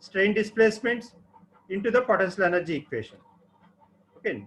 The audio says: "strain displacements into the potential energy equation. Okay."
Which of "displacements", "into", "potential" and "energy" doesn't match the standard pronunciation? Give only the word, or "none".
potential